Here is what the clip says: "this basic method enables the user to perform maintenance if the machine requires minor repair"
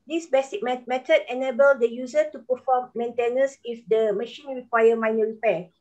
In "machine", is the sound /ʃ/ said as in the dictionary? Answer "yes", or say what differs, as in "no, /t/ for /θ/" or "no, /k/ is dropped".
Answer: yes